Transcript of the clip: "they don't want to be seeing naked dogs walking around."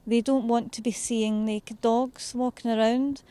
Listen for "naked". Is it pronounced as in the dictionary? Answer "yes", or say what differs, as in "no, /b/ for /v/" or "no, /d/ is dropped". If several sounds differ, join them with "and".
no, /l/ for /n/ and /k/ is dropped